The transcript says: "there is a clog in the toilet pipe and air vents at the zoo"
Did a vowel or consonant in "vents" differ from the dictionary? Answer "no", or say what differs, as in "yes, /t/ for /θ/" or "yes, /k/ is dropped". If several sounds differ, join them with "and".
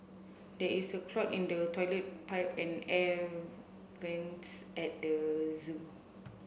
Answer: no